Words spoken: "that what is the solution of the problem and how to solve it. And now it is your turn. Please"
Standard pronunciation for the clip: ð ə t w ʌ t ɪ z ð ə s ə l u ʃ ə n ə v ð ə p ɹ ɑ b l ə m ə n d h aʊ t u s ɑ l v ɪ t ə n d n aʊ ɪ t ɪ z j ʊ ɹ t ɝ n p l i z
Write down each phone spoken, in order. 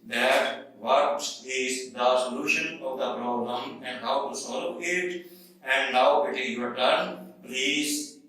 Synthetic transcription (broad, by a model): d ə t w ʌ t ɪ z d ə s ə l u ʃ ə n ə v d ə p ɹ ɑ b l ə m ə n d h aʊ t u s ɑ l p ɪ t ə n d n aʊ ɪ t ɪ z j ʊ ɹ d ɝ n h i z